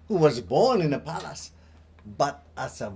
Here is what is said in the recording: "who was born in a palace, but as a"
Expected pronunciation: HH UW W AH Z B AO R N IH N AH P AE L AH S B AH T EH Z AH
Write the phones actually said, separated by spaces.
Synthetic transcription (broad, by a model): HH UW W AH Z B AO R N IH N AH P AE L AH S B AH T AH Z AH